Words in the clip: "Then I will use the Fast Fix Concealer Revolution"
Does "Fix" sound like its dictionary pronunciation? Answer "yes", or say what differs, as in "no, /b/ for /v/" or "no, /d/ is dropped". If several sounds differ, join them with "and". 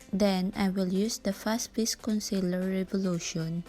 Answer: no, /k/ is dropped